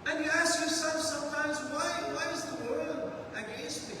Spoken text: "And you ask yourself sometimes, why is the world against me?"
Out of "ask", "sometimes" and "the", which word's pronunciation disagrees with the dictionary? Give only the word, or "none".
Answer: none